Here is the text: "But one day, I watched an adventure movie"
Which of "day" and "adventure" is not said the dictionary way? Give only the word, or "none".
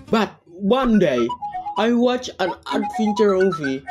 adventure